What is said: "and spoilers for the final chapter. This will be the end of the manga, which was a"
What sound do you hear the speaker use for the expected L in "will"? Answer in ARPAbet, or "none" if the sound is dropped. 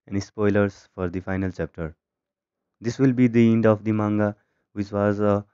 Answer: L